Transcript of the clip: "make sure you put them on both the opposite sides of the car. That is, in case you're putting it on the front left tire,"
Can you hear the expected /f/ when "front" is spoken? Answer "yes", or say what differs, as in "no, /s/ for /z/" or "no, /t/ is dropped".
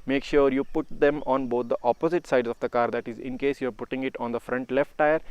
yes